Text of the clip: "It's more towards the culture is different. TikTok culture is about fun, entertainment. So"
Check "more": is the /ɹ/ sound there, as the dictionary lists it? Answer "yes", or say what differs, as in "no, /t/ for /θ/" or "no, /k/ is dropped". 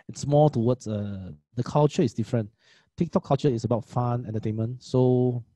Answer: no, /l/ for /ɹ/